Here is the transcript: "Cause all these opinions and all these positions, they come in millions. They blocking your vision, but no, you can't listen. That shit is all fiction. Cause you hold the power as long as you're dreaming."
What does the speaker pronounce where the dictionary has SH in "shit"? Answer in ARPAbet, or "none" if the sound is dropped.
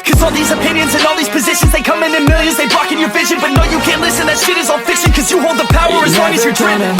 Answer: S